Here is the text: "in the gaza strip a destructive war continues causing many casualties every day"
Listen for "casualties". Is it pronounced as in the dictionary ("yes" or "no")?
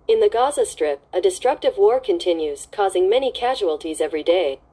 yes